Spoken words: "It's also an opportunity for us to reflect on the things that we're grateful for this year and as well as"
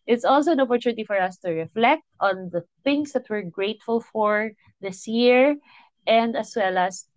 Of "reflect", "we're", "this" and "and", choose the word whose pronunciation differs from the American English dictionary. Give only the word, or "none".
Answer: none